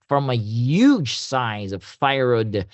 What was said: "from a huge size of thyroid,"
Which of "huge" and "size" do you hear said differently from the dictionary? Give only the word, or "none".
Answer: none